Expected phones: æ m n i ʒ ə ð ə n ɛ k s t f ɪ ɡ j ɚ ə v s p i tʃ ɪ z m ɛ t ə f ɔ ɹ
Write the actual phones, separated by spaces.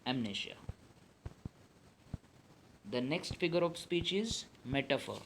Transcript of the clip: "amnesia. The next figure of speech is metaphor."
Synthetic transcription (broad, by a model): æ m n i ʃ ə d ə n ɛ k s t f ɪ ɡ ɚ ə v s p i tʃ ɪ z m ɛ t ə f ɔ ɹ